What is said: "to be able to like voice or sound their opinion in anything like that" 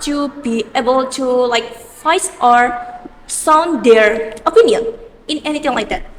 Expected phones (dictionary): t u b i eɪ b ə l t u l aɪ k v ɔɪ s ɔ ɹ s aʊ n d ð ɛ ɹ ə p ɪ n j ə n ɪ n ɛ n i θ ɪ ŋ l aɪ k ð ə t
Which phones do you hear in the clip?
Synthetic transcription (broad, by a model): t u b i eɪ b ə l t u l aɪ k f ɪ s ɔ ɹ s aʊ n d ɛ ɹ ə p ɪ n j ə n ɪ n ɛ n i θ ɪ ŋ l aɪ k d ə t